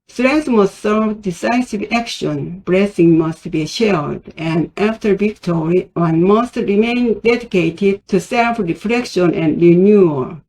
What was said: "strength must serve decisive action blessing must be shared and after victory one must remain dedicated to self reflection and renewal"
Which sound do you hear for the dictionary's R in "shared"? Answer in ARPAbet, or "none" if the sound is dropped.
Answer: L